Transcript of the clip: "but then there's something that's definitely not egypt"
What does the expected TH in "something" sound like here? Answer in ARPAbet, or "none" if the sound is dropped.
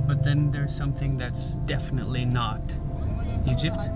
TH